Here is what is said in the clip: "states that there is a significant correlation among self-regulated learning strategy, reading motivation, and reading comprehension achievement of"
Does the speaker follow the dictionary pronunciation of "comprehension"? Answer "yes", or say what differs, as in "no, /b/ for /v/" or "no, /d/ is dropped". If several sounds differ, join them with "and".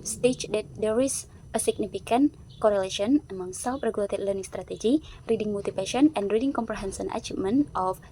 no, /s/ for /ʃ/